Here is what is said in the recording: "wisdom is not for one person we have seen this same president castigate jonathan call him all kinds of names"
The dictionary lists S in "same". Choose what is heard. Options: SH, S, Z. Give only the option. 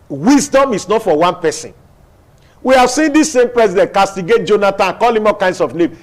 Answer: S